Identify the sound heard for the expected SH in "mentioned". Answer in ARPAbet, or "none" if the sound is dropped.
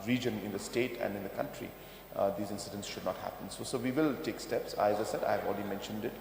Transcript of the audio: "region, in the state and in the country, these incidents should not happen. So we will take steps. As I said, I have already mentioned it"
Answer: SH